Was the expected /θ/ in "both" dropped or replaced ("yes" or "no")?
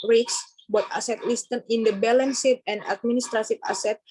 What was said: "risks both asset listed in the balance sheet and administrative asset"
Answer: yes